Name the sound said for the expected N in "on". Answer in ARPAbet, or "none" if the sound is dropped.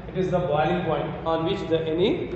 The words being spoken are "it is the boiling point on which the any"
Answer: N